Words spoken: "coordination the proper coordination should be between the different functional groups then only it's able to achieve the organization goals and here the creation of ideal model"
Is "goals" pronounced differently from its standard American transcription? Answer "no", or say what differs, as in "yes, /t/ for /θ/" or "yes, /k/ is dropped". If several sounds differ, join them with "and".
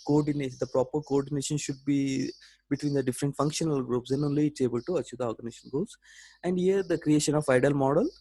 yes, /l/ is dropped